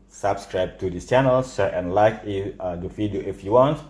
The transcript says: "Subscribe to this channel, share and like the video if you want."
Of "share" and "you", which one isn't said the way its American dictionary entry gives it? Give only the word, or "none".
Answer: share